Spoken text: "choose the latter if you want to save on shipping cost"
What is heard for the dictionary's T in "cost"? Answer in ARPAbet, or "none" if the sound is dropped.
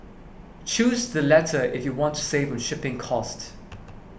T